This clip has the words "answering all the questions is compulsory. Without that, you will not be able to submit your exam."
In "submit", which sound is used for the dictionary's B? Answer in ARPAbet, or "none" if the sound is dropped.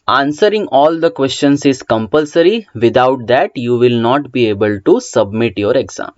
B